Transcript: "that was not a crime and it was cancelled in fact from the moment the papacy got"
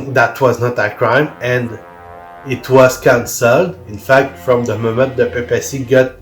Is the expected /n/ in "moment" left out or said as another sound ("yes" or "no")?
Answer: no